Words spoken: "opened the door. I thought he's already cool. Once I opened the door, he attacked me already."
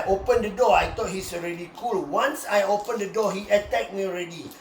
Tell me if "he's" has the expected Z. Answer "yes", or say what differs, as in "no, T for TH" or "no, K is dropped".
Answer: no, S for Z